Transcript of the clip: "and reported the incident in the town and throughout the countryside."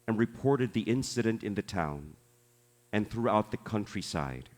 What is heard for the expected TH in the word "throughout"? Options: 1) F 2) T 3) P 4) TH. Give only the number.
4